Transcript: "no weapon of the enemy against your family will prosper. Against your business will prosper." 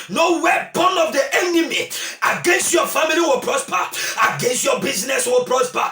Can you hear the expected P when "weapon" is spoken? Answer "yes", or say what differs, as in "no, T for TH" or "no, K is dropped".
no, B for P